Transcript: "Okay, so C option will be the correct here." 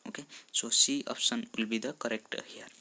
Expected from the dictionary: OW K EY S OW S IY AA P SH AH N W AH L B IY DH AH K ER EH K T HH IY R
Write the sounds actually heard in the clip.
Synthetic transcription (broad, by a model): OW K EY S OW S IY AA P S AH N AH L B IY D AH K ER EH K T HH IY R